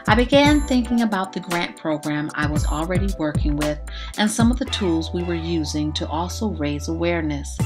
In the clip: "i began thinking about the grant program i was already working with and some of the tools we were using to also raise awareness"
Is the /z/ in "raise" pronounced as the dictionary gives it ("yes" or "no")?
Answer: yes